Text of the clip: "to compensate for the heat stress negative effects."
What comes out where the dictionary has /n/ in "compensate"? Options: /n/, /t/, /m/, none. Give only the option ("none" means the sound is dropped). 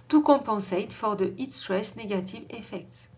none